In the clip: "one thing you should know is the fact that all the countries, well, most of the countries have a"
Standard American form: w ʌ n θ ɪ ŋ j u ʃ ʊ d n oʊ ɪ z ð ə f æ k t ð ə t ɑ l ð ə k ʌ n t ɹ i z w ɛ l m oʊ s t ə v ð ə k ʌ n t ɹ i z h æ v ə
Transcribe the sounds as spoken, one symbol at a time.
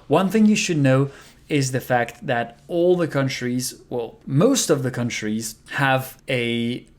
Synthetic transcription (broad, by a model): w ʌ n θ ɪ ŋ j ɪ ʃ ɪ d n oʊ ɪ z ð ə f æ k t ð ə t ɑ l ð ə k ʌ n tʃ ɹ i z w ɛ l m oʊ s t ə v ð ə k ʌ n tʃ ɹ i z h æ v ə